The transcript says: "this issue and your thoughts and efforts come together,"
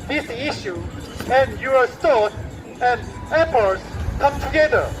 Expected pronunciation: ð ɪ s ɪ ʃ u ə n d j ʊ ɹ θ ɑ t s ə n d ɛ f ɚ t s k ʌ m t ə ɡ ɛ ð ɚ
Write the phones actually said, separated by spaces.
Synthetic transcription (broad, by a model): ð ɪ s ɪ ʃ u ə n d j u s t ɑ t ə n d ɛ p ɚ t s k ʌ m t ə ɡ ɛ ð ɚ